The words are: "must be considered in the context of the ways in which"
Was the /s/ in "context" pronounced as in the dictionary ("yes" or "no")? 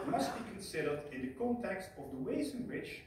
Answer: yes